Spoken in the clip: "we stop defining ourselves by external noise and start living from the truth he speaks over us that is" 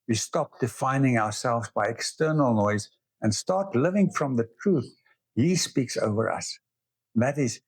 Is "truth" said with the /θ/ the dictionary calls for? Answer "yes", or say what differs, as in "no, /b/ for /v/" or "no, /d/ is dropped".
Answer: yes